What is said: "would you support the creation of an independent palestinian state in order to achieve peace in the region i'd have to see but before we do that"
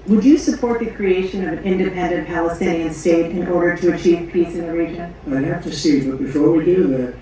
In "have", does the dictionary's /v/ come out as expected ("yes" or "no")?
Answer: no